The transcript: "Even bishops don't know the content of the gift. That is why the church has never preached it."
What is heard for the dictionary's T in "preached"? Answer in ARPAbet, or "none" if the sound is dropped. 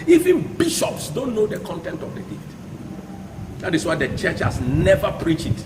none